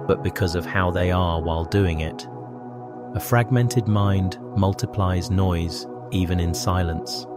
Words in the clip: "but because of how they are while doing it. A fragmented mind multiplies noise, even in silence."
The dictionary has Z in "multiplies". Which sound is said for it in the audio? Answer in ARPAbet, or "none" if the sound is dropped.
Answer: Z